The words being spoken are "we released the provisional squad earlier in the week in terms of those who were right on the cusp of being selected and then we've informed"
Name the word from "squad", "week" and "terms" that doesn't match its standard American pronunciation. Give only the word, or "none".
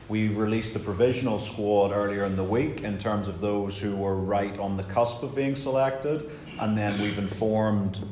none